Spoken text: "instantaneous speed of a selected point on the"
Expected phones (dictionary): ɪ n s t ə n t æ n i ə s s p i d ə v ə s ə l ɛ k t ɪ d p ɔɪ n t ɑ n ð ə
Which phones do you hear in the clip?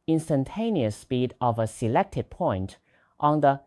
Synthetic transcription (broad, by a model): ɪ n s t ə n t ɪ n i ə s s p i d ə v ə s ə l ɛ k t ɪ d p ɔɪ n t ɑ n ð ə